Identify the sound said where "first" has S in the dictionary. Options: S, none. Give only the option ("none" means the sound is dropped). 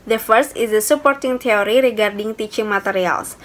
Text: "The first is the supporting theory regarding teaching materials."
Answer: S